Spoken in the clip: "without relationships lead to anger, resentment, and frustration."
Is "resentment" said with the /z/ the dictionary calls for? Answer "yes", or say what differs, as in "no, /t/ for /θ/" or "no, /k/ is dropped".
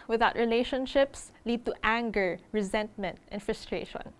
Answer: yes